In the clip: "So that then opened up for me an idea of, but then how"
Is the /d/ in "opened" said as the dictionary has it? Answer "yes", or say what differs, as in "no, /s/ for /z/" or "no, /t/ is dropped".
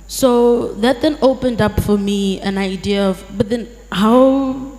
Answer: yes